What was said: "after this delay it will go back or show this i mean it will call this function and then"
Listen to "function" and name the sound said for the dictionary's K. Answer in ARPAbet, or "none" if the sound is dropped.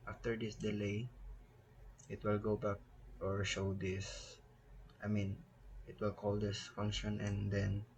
K